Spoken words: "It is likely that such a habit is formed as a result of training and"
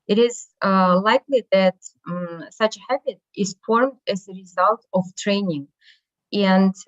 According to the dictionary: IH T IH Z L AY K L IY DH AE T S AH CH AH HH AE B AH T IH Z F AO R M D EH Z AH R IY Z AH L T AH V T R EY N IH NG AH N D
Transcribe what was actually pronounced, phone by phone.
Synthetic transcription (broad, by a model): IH T IH Z L AY K L IY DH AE T S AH CH AH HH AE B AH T IH Z F AO R M D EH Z AH R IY Z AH L T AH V T R EY N IH NG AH N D